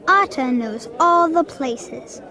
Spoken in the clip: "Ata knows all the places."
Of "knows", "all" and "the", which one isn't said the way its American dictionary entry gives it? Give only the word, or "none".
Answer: none